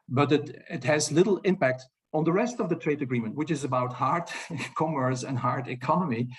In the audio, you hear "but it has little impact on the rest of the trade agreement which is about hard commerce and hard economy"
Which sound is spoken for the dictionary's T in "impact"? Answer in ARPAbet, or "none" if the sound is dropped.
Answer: T